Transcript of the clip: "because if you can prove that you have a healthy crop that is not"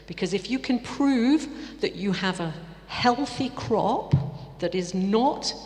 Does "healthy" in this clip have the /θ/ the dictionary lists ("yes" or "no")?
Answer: yes